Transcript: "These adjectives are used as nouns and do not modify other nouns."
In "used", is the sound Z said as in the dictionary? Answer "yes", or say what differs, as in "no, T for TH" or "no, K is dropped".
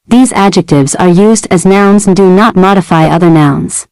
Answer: yes